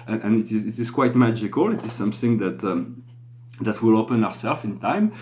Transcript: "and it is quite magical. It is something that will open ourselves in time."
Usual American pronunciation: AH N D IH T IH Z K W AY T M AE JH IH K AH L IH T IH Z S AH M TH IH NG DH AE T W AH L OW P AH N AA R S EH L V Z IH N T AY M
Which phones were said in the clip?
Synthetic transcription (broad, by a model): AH N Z IH T IH Z K W AY T M AE JH IH K AH L IH T IH Z S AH M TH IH NG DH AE T W AH L OW P AH N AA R S EH L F IH N T AY M